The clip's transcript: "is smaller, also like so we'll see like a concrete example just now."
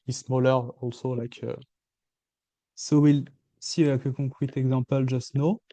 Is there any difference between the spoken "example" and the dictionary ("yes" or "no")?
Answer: yes